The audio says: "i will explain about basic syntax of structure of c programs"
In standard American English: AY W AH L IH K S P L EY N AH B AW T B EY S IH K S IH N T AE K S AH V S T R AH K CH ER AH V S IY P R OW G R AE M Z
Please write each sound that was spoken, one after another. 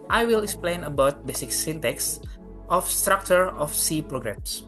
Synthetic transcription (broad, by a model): AY W AH L IH K S P L EY N AH B AW T B EY S IH K S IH N T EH K S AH F S T R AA K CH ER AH F S IY P R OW G R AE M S